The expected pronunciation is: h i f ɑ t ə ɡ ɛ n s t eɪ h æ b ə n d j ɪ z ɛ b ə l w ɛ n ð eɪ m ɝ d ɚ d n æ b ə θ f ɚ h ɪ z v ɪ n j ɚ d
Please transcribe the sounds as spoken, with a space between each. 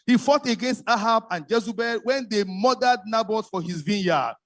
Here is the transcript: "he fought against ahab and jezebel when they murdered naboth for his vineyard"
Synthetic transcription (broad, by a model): h i f ɑ t ə ɡ ɛ n s t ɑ h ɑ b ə n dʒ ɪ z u b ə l w ɛ n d eɪ m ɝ d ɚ d n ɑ b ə t f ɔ h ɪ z v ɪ n j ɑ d